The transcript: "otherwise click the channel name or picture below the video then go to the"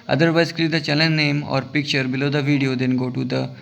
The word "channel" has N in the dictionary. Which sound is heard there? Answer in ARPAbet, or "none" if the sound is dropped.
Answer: L